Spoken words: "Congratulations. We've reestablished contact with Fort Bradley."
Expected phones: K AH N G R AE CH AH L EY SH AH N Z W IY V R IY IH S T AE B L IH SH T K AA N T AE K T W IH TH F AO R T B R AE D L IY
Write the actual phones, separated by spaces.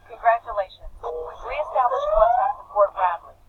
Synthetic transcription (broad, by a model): K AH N G R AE CH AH L EY SH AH N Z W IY R IY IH S T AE B L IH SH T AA T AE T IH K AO R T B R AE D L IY